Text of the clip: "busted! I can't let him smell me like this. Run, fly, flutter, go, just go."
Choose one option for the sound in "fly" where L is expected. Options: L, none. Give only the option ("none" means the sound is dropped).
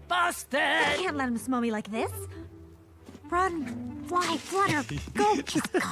none